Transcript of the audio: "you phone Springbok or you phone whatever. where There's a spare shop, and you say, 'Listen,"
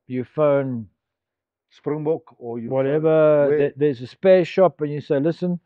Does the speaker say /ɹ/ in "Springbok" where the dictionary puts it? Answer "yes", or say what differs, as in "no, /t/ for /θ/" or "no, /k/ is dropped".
yes